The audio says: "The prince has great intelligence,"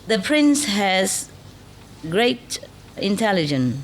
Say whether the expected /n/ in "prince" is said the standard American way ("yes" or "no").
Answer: yes